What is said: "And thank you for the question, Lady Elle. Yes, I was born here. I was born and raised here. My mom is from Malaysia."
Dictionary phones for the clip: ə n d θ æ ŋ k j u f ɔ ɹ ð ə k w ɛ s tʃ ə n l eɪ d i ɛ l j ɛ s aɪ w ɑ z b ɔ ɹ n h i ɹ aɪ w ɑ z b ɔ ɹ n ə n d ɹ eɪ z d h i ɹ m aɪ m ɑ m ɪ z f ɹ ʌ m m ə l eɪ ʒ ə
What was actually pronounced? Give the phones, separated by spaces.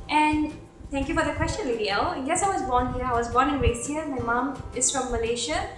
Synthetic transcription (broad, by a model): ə n d t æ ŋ k j u f ɔ ɹ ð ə k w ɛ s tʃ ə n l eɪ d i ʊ n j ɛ s aɪ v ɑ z b ɔ ɹ n h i ɹ aɪ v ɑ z b ɔ ɹ n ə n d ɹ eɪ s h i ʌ m aɪ m ɑ m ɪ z f ɹ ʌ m m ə l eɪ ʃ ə